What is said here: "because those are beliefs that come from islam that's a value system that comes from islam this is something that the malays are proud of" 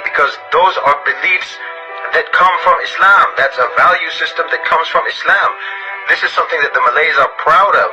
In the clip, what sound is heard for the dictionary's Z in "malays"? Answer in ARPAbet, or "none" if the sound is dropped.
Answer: Z